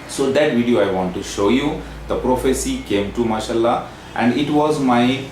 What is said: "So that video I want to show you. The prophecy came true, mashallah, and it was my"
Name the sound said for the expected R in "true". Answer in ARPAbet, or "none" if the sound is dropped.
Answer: none